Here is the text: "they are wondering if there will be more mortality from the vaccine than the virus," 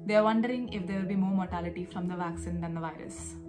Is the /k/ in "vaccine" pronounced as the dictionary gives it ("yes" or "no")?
yes